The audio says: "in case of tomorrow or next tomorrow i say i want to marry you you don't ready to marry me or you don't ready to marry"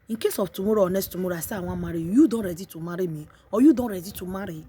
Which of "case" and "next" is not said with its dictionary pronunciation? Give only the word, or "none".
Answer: next